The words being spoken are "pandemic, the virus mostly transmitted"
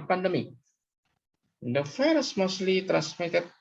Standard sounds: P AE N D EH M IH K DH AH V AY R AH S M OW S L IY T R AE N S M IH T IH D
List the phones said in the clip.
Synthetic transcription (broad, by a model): P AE N D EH M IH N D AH F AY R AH S M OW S L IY T R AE N S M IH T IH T